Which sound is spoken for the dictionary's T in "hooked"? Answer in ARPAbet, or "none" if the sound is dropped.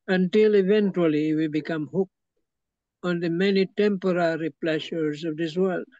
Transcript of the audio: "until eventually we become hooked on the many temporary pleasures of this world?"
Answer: none